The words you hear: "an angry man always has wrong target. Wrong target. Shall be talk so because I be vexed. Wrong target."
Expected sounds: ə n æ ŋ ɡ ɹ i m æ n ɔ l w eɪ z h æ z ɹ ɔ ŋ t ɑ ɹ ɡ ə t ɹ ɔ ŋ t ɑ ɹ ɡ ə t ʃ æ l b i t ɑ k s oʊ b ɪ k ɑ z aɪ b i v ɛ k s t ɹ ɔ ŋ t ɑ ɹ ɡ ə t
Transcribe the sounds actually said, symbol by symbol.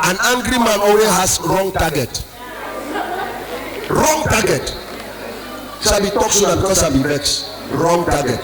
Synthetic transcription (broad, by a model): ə n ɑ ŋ ɡ ɹ i m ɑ n ɔ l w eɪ h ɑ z ɹ ɔ ŋ t ɑ ɡ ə t ɹ ɔ ŋ t ɑ ɡ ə t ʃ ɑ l b i t ɑ k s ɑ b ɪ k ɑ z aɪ b i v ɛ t ɹ ɔ ŋ t ɑ ɡ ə t